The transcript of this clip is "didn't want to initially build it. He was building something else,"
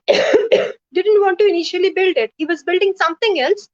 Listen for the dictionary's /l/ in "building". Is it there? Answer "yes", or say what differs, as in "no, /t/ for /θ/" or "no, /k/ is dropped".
yes